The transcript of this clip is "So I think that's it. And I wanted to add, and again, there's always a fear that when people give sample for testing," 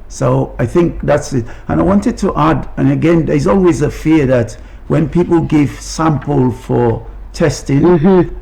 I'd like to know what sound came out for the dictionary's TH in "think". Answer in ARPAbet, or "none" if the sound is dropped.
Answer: TH